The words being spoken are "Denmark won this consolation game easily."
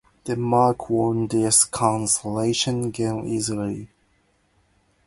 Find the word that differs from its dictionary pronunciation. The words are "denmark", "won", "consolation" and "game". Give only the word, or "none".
denmark